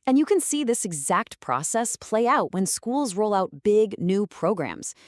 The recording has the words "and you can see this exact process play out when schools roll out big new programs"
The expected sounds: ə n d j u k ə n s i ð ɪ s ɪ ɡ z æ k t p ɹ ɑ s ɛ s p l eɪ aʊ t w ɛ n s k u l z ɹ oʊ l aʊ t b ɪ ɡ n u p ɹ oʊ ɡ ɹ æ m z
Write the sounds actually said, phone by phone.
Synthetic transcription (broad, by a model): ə n j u k ə n s i ð ɪ s ɪ ɡ z æ k t p ɹ ɑ s ɛ s p l eɪ aʊ t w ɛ n s k u l z ɹ oʊ l aʊ t b ɪ ɡ n u p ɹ oʊ ɡ ɹ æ m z